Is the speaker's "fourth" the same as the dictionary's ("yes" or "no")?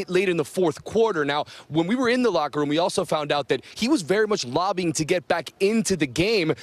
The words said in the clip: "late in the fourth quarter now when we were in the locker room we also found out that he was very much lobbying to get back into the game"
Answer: yes